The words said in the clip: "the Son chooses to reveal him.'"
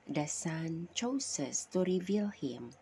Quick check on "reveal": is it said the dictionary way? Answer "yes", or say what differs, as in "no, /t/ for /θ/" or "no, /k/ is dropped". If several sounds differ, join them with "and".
yes